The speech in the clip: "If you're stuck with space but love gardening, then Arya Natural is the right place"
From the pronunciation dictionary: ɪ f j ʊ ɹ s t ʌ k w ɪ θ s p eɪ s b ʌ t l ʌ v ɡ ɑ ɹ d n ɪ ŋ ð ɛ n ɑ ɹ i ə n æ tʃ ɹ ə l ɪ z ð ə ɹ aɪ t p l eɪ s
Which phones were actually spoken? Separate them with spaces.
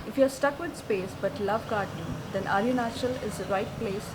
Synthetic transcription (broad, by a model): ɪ f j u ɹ s t ʌ k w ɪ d s p eɪ s b ʌ t l ʌ v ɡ ɑ ɹ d ɪ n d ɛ n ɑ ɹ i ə n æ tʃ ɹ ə l ɪ z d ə ɹ aɪ t p l eɪ s